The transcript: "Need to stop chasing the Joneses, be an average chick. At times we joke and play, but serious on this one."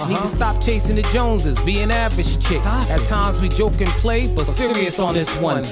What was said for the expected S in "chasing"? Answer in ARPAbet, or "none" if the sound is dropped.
S